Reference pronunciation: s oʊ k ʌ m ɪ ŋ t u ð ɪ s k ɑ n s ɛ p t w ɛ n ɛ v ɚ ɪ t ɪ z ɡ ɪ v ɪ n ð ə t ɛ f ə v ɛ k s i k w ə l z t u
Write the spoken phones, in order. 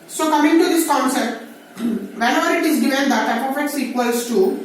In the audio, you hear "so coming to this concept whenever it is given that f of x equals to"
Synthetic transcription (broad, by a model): s oʊ k ʌ m ɪ ŋ t u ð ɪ s k ɑ n s ɛ p t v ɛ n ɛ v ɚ ɪ t ɪ z ɡ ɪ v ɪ n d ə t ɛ p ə f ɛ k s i k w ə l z t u